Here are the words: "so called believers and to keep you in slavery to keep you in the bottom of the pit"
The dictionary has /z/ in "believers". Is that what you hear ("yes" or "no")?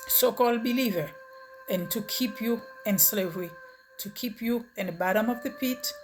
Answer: no